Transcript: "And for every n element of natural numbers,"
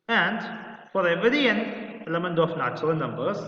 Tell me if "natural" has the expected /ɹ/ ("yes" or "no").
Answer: no